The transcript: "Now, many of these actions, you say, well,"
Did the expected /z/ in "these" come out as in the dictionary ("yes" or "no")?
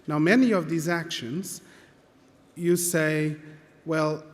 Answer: yes